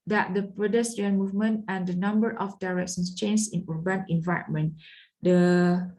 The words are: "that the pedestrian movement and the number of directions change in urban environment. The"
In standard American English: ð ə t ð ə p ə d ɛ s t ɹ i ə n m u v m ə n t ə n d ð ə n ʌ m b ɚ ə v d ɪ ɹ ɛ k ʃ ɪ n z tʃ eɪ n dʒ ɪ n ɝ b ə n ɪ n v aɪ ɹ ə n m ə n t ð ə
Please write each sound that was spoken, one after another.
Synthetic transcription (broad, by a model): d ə t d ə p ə d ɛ s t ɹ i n m u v m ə n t ə n d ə n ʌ m b ɚ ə f d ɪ ɹ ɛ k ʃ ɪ n s tʃ eɪ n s ɪ n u b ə n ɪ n v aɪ ə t m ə n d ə